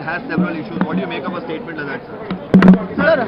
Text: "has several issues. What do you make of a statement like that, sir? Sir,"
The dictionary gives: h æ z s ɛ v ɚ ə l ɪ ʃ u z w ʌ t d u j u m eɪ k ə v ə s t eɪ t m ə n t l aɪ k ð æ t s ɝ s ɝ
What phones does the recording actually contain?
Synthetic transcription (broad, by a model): h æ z s ɛ v ɚ ə l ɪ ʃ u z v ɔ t d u j u m eɪ k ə p ə s t eɪ t m ə n t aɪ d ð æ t s ɝ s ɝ